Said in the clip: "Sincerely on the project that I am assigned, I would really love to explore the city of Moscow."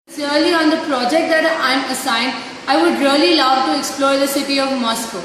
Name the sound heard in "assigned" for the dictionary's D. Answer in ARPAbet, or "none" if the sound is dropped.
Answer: D